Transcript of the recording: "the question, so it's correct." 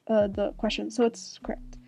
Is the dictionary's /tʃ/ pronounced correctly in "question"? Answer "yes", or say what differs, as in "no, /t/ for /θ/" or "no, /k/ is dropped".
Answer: yes